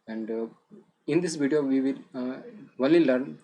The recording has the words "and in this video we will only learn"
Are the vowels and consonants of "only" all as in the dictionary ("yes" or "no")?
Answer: no